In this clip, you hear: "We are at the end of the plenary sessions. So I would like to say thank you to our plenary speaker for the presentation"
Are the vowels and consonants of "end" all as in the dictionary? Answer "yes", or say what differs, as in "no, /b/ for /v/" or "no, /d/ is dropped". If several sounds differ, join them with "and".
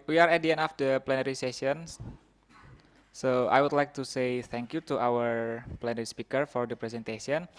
no, /d/ is dropped